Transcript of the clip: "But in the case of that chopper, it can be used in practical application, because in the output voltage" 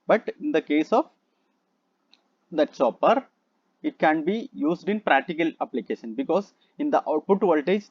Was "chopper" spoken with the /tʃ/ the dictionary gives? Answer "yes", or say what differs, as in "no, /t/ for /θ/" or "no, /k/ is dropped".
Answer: no, /s/ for /tʃ/